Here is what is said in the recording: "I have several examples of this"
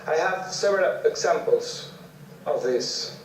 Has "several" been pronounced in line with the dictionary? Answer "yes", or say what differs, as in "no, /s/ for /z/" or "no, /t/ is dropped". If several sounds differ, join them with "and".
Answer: no, /v/ is dropped